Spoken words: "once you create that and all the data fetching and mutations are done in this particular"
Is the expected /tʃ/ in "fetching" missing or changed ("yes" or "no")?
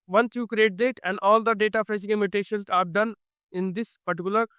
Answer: yes